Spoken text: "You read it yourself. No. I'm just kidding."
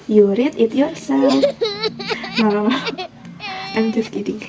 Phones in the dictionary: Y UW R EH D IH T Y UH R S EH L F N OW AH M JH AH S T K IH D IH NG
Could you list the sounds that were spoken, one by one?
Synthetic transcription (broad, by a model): Y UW R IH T IH T Y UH R S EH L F L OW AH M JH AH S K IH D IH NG